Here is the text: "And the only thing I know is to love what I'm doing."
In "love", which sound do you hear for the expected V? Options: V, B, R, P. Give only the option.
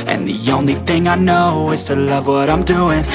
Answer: V